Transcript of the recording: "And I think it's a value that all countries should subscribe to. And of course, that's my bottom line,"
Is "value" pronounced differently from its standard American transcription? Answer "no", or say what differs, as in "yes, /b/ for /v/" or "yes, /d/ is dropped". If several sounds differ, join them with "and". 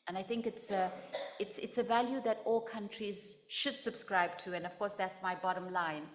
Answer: no